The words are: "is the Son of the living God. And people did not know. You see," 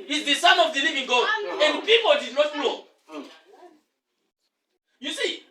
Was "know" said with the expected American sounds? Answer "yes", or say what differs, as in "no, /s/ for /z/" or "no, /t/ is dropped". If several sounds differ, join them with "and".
no, /l/ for /n/